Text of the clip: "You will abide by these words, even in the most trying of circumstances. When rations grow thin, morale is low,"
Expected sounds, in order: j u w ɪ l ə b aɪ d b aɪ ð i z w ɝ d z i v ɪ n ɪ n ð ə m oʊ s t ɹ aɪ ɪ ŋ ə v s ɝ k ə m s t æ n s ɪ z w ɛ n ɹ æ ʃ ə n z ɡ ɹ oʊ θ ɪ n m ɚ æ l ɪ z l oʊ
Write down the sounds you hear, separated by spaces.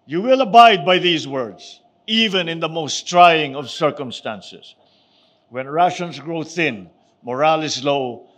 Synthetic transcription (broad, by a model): j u w ɪ l ə b aɪ d b aɪ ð i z w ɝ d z i v ɪ n ɪ n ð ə m oʊ s t ɹ aɪ ɪ ŋ ə v s ɝ k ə m s t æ n s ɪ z w ɛ n ɹ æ ʃ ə n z ɡ ɹ oʊ θ ɪ n m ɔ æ l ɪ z l oʊ